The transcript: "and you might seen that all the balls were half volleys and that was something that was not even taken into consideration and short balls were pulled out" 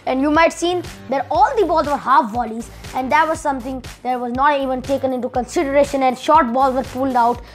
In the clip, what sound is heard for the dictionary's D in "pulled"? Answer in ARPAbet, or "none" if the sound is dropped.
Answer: D